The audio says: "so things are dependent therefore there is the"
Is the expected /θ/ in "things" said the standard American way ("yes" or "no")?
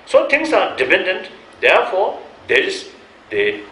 no